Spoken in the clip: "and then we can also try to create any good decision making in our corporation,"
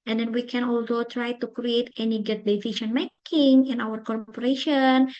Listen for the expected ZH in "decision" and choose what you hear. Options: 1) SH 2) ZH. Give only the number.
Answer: 1